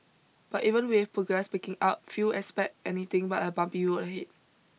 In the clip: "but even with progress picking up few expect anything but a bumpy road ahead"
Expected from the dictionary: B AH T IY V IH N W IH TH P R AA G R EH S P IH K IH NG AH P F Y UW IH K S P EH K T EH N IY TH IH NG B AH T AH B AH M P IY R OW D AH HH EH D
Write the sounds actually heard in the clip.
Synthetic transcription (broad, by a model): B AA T IY V IH N W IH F P R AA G R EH S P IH K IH NG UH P F Y UW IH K S P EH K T EH N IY T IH NG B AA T AH B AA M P IY W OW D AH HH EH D